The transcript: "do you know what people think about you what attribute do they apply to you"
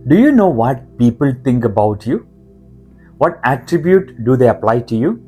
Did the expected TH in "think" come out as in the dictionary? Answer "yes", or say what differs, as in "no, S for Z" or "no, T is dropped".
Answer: no, T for TH